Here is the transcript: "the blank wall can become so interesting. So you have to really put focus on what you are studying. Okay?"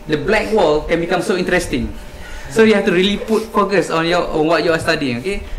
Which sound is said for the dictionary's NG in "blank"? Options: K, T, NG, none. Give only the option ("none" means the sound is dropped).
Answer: none